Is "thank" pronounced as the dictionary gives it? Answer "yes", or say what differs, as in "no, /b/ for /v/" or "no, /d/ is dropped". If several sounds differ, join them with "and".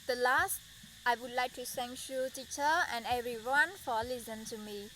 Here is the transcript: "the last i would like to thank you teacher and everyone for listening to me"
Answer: no, /s/ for /θ/